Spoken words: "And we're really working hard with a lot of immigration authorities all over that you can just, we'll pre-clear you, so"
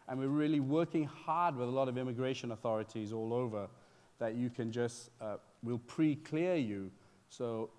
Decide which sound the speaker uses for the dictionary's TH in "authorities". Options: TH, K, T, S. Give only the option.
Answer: TH